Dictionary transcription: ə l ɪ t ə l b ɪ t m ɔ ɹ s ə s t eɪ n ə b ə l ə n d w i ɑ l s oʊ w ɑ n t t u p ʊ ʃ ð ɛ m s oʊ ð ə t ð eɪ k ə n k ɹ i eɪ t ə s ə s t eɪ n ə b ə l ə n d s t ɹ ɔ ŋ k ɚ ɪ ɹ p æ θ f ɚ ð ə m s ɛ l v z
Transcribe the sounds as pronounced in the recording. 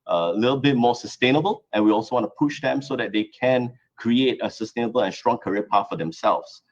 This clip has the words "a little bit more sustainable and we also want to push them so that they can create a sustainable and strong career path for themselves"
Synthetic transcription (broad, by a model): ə l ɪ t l b ɪ t m ɔ s ə s t eɪ n ə b ə l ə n w i ɑ l s oʊ w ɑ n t t u p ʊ ʃ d ɛ m s oʊ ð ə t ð eɪ k ə n k ɹ i eɪ t ə s ə s t eɪ n ə b ə l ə n s t ɹ ɔ ŋ k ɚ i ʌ p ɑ t f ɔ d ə m s ɛ l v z